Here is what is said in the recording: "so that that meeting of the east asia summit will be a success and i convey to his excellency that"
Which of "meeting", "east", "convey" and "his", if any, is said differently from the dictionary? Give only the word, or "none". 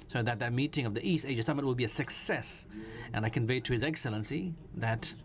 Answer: none